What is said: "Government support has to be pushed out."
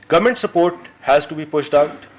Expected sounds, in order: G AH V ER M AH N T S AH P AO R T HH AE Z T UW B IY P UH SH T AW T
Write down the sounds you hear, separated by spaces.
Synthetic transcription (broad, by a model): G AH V M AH N T S AH P AO R T HH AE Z T UW B IY P UH SH T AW T